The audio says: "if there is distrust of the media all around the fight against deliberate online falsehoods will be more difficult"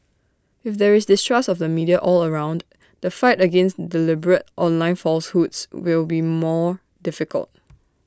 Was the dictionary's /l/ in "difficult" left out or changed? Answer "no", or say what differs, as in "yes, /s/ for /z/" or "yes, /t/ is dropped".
no